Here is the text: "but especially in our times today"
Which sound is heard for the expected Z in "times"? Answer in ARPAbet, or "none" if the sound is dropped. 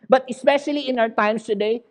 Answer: S